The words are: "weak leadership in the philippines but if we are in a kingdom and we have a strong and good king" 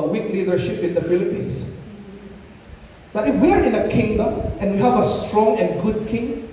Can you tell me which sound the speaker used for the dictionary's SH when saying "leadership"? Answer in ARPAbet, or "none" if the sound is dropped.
SH